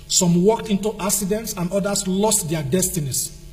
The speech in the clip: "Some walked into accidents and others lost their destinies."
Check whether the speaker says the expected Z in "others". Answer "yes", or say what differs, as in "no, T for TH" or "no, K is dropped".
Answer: no, S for Z